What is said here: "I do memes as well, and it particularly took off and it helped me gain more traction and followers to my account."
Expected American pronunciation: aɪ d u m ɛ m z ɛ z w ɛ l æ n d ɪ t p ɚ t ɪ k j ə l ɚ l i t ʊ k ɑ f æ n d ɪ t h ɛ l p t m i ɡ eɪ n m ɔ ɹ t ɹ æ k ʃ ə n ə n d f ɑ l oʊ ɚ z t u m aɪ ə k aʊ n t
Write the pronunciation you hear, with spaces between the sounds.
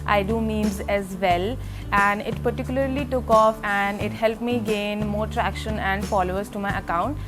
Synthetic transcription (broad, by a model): aɪ d u m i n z ɛ z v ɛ l æ n d ɪ t p ɚ t ɪ k j ə l ɚ l i t ʊ k ɑ f æ n d ɪ t h ɛ l p t m i ɡ eɪ n m ɔ ɹ t ɹ æ k ʃ ə n ə n d f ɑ l oʊ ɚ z t u m aɪ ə k aʊ n t